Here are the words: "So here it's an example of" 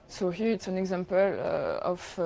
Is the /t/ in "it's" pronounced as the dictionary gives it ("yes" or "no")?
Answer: yes